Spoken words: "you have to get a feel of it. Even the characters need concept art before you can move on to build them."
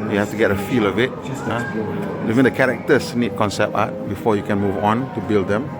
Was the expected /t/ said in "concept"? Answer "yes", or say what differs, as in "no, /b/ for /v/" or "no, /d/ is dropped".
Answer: no, /t/ is dropped